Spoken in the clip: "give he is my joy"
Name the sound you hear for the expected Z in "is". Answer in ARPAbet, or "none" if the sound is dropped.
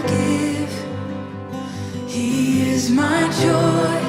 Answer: Z